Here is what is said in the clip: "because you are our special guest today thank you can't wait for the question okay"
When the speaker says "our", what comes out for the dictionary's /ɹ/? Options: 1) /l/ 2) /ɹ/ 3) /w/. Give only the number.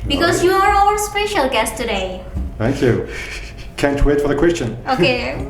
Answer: 1